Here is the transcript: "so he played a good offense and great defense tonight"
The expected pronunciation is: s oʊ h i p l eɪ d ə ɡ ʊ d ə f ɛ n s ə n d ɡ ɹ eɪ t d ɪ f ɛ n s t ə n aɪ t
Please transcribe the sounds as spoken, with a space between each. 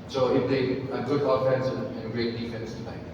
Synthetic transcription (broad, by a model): s oʊ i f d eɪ ə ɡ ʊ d ə f ɛ n s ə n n ɡ ɹ eɪ t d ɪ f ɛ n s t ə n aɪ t